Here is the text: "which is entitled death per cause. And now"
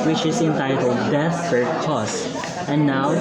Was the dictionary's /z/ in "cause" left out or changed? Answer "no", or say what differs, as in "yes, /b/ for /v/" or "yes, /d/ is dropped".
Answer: yes, /s/ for /z/